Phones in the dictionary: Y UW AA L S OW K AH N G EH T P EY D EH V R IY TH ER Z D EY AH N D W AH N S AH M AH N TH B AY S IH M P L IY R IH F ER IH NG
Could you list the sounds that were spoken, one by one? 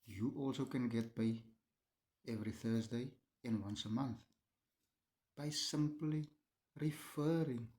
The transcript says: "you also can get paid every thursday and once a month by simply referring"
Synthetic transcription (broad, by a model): Y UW AA L S OW K AH N G EH T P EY EH V R IY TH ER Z D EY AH N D W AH N S AH M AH N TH B AY S IH M P L IY R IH F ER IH NG